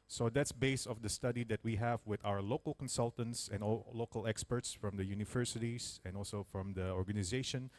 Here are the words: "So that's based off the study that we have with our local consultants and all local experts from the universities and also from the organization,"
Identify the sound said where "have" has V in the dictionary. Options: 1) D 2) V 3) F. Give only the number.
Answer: 2